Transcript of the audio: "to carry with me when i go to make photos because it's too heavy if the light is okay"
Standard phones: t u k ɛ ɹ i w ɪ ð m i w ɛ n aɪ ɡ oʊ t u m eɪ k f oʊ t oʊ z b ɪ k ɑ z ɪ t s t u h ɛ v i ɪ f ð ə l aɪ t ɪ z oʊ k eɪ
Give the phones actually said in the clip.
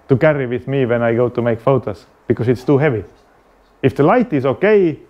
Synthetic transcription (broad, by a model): t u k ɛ ɹ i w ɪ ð m i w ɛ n aɪ ɡ oʊ t u m eɪ k f oʊ t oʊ s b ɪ k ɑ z ɪ t s t u h ɛ v i ɪ f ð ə l aɪ t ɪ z oʊ k eɪ